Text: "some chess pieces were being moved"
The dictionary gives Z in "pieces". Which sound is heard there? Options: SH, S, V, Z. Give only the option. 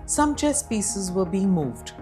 Z